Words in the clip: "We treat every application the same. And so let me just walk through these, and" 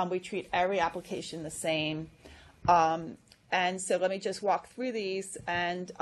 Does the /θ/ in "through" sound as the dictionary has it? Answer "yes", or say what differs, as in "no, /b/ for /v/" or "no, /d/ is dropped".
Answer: yes